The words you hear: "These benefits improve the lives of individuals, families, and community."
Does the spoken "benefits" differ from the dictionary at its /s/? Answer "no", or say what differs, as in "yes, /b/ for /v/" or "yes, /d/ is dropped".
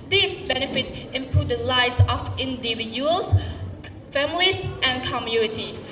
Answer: yes, /s/ is dropped